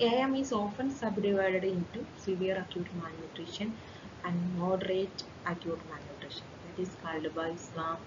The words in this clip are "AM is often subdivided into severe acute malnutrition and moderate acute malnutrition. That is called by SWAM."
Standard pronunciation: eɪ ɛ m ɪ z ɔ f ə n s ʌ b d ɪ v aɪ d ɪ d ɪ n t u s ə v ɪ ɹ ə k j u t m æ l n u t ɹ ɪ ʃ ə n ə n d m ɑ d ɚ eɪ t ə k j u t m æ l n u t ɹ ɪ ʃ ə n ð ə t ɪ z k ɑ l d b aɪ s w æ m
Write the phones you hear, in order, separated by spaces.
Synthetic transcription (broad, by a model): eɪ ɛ m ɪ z ɔ f ə n s ʌ b d ɪ v aɪ d ɪ d ɪ n t u s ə v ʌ ɹ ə k j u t m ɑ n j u t ɹ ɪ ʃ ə n ə n d m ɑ d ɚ eɪ t ə k j u t m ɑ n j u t ɹ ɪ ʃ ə n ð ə t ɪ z k ɑ l d b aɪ s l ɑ m